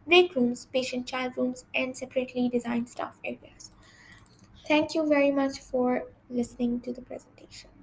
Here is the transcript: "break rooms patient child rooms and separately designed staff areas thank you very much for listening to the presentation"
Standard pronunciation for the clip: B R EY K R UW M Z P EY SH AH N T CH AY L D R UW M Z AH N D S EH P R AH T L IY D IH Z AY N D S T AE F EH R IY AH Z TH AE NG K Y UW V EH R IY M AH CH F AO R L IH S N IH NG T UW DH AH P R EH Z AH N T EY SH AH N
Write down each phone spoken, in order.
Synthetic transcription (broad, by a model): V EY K R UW M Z P EY SH AH N T CH AY L D R UW M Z AH N D S EH P R AH T L IY D IH Z AY N D S T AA F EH R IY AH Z T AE NG K Y UW V EH R IY M AH CH F AO R L IH S N IH NG T UW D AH P R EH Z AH N T EY SH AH N